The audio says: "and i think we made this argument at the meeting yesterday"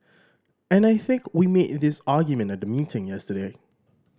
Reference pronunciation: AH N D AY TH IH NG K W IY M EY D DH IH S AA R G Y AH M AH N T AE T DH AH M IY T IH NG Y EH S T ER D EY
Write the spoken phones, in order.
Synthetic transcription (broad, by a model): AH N AY TH IH NG K W IY M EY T DH IH S AA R G Y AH M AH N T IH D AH M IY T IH NG Y EH S T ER D EY